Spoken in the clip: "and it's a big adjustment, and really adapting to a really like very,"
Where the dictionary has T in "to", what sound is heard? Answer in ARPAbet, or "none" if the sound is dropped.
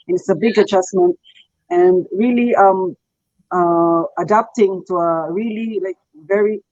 T